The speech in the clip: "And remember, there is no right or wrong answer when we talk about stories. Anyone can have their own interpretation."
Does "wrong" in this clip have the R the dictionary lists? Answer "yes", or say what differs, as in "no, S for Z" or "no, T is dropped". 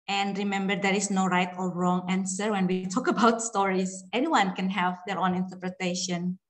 yes